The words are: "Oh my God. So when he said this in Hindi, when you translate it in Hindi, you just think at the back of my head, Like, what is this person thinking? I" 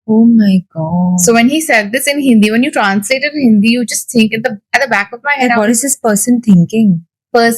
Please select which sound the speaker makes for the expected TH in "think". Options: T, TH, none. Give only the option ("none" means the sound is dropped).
T